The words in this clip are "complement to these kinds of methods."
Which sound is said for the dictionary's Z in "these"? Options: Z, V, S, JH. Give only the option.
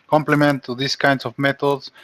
S